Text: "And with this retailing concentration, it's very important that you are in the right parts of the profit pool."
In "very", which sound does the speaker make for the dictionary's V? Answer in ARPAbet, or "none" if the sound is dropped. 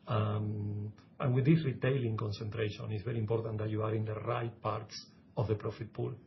B